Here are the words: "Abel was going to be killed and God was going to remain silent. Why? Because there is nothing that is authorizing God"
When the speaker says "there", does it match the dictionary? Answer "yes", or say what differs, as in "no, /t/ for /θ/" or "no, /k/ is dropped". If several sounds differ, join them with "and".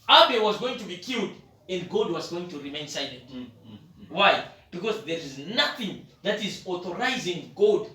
yes